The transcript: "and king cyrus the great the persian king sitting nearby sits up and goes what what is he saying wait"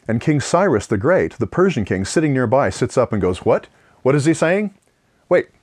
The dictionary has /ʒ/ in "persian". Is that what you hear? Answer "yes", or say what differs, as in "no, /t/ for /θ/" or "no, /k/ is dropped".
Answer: yes